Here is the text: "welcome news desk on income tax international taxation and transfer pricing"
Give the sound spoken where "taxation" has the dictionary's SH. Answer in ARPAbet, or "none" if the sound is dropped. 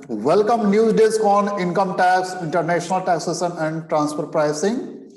S